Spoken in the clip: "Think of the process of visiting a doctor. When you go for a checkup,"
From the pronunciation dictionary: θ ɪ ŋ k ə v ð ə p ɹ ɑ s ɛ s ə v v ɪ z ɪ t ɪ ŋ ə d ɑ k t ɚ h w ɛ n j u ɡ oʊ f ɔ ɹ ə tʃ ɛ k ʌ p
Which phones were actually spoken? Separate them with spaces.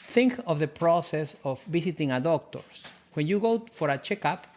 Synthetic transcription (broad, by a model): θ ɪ ŋ k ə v ð ə p ɹ ɑ s ɛ s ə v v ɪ s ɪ t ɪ ŋ ə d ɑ k t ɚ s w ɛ n j u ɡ oʊ f ɔ ɹ ə tʃ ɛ k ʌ p